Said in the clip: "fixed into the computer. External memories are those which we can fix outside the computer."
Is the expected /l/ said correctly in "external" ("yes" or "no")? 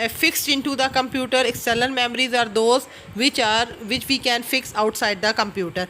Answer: no